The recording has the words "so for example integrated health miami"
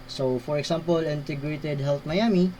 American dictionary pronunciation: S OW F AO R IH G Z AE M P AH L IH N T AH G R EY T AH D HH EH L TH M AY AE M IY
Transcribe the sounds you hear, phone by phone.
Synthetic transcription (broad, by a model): S OW F AO R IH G S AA M P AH L IH N T AH G R EY T AH D HH EH L T M AY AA M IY